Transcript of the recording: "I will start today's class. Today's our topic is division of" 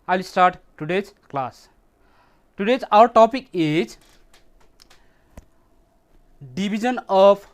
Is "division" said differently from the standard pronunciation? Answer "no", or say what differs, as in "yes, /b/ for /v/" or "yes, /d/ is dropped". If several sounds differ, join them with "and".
yes, /b/ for /v/